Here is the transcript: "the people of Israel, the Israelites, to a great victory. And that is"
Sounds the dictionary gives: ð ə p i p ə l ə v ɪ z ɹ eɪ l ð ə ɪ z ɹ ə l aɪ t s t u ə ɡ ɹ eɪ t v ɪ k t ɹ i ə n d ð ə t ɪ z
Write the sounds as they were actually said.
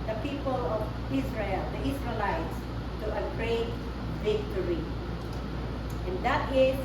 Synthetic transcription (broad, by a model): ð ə p i p ə l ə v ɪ s ɹ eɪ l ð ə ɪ s ɹ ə l aɪ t s t u ə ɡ ɹ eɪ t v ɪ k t ɹ i ə n d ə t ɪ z